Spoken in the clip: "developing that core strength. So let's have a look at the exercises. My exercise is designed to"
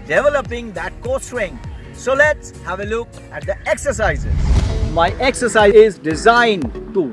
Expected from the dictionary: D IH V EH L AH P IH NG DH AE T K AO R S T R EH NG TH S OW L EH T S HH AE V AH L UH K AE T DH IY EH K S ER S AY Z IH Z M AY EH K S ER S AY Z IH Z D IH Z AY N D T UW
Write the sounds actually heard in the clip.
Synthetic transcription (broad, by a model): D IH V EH L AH P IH NG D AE T K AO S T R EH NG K S OW L EH T S HH AE V AH L UH K AE T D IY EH K S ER S AY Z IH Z M AY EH K S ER S AY IH Z D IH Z AY N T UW